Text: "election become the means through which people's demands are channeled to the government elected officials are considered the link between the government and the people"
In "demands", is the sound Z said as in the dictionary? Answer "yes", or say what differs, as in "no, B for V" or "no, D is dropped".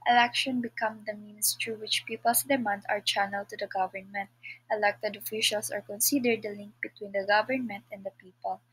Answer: no, Z is dropped